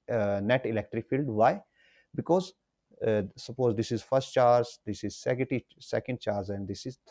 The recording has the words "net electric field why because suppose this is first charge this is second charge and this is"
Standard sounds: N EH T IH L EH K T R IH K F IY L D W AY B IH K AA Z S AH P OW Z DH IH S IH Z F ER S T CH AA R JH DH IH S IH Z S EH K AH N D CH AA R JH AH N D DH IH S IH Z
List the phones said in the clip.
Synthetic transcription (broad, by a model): N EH T IH L EH K T R IH K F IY L D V AY B IH K AA Z S AH P OW Z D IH S IH Z F ER S T CH AA R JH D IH S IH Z S EH K AH N D CH AA R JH AH N D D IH S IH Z